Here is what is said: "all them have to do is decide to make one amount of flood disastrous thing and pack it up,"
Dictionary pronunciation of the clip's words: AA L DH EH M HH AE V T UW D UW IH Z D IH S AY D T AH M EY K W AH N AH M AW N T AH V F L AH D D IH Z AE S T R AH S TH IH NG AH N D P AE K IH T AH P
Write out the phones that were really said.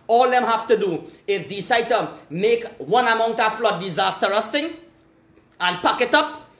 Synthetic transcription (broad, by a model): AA L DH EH M HH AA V T UW D UW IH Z D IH S AY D T AH M EY K W AH N AH M AW N T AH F L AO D D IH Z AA S T R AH S T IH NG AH N P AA K IH T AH P